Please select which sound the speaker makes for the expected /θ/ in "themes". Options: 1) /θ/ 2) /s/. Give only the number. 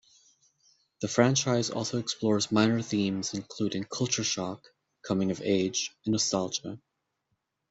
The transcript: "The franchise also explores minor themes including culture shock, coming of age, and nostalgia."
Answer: 1